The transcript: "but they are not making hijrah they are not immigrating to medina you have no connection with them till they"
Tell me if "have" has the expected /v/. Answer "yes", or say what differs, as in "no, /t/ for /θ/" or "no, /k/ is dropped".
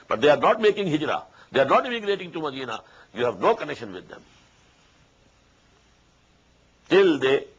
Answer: yes